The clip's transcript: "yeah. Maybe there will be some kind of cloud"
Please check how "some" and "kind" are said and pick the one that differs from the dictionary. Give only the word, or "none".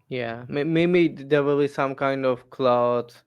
none